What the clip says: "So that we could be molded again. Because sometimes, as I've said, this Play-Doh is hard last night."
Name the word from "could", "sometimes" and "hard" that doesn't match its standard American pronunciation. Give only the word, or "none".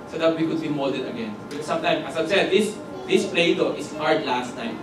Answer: sometimes